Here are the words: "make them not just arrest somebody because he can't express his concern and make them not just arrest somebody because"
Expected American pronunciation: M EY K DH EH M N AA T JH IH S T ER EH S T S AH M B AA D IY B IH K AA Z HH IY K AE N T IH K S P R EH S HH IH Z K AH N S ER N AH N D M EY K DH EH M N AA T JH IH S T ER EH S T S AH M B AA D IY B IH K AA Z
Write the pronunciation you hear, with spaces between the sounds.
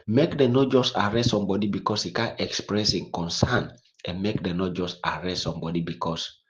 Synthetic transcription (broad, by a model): M EY K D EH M N AA T JH IH S T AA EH S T S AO M B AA D IY B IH K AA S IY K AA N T IH K S P R EH S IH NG K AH N S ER N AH N M EY K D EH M N AA T JH IH S T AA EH S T S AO M B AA D IY B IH K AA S